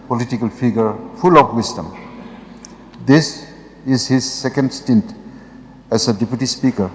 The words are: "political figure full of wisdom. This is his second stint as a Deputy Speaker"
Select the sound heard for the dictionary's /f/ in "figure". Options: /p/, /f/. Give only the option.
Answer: /p/